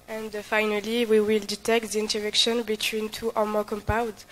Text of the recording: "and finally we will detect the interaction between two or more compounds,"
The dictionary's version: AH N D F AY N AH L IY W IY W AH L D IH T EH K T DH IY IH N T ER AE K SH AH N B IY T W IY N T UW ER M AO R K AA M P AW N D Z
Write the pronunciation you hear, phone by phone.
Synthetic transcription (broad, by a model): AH N D F AY N AH L IY W IY W AH L D IH T EH K T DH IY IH N T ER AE K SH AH N B IY T W IY N T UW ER M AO K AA M P AW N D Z